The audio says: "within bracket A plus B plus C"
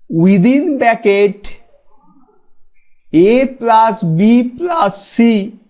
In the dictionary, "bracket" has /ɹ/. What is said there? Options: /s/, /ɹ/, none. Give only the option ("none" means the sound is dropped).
none